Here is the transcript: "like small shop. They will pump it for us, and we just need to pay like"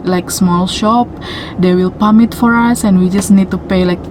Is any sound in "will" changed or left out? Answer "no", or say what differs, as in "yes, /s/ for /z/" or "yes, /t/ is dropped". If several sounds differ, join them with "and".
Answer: no